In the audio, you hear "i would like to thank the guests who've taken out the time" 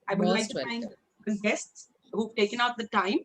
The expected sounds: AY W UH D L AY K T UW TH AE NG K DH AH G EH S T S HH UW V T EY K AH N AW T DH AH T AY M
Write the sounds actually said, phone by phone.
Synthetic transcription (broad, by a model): AY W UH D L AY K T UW F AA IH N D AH G EH S T S HH UW V T EY K AH N AW T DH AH T AY M